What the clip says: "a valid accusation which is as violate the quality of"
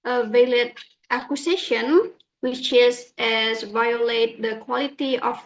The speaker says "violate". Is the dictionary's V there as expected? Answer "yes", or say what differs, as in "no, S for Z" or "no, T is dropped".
yes